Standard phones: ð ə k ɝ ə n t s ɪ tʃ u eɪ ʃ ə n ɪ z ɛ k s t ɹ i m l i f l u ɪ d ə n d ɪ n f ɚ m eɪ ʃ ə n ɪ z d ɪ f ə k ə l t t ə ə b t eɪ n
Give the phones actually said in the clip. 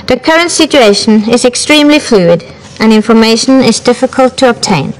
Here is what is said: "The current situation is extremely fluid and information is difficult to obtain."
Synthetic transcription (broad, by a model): ð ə k ɝ ə n t s ɪ tʃ u eɪ ʃ ə n ɪ z ɛ k s t ɹ i m l i f l u ɪ d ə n ɪ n f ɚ m eɪ ʃ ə n ɪ z d ɪ f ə k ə l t t ə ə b t eɪ n